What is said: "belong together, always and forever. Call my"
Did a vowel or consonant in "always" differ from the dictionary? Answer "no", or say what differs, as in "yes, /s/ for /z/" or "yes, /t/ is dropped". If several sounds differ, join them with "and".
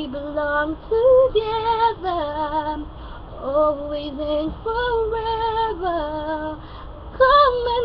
no